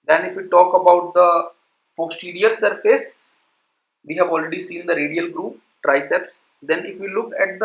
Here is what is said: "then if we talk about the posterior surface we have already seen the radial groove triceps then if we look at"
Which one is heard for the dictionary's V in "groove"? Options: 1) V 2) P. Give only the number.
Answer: 2